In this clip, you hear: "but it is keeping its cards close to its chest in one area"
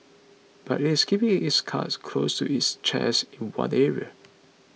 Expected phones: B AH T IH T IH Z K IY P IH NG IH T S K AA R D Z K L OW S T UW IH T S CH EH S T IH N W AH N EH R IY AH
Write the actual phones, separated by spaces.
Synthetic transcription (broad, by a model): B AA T IH T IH S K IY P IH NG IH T S K AA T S K L OW S T UW IH T S CH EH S IH N W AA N EH R IY AH